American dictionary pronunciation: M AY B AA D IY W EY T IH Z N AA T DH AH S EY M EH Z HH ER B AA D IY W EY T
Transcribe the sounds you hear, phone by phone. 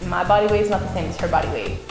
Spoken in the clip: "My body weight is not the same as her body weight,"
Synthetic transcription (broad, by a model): M AY B AA D IY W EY IH Z N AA T DH AH S EY M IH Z HH ER B AA D IY W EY